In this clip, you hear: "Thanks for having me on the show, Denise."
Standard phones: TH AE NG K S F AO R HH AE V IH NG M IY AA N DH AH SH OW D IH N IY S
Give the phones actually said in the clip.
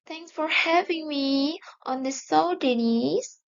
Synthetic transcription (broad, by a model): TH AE NG K S F AO R HH AE V IH NG M IY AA N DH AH S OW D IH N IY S